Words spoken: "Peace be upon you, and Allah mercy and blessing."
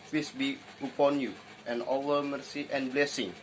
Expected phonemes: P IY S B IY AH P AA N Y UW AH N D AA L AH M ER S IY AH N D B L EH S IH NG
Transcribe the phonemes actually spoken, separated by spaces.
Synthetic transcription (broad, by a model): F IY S B IY AH P AA N Y UW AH N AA W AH M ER S IY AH N B L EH S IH NG